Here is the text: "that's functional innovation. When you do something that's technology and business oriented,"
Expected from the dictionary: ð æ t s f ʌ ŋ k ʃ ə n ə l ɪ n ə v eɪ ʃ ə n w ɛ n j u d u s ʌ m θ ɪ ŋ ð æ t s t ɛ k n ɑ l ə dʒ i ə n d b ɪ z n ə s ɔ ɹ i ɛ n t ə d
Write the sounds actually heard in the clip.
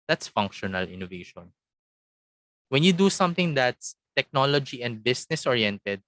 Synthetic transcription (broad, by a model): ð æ t s f ʌ ŋ k ʃ ə n ə l ɪ n ə v eɪ ʃ ə n w ɛ n j u d u s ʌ m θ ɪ ŋ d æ t s t ɛ k n ɑ l ə dʒ i ə n d b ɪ s n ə s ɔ ɹ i ɛ n t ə d